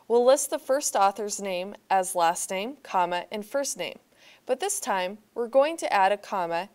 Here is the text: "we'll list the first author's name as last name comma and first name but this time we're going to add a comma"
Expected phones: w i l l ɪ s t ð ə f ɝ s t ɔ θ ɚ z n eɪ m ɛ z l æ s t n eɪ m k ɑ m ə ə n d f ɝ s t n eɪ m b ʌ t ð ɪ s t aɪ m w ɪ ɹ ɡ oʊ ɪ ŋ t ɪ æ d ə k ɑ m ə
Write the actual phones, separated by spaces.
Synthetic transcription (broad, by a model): w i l l ɪ s t ð ə f ɝ s t ɔ θ ɚ z n eɪ m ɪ z l æ s t n eɪ m k ɑ m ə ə n f ɝ s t n eɪ m b ʌ t ð ɪ s t aɪ m w ɪ ɹ ɡ oʊ ɪ ŋ t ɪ æ d ə k ɑ m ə